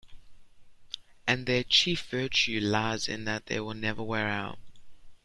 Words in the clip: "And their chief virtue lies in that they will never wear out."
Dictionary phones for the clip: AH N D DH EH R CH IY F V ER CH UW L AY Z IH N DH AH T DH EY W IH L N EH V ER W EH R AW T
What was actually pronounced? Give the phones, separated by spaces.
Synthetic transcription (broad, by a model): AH N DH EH CH IY F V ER CH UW L AY Z IH N DH AH T DH EY W IH L N EH V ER W EH R AW T